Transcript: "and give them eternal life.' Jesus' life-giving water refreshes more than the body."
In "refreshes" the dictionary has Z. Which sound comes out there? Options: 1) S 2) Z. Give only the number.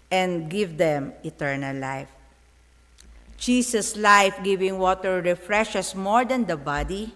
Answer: 1